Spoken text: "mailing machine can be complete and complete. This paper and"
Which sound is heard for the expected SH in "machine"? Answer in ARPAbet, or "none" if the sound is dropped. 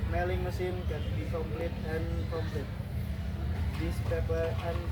S